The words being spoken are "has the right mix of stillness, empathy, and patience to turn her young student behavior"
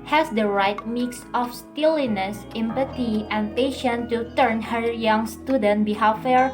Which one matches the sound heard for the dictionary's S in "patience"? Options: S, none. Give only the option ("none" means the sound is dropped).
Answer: none